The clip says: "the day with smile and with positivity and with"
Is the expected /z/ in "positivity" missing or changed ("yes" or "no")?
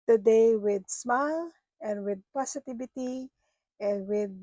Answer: yes